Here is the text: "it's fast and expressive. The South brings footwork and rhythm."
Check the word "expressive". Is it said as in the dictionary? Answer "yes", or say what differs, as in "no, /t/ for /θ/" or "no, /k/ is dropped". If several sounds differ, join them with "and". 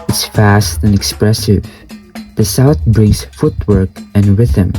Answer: yes